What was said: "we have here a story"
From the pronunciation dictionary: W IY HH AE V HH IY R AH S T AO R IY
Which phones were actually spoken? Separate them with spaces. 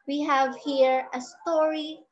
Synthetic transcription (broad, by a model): W IY HH AE V HH IY R AH S T AO R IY